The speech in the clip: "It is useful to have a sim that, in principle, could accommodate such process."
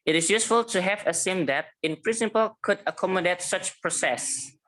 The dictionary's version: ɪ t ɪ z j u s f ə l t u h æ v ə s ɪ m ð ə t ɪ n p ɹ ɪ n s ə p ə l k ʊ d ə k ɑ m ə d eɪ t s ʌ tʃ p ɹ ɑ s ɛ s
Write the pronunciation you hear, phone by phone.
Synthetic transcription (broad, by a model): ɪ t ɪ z j u s f ə l t u h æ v ə s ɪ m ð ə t ɪ n p ɹ ɪ n s ə p ə l k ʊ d ə k ɑ m ə d eɪ t s ʌ tʃ p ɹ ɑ s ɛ s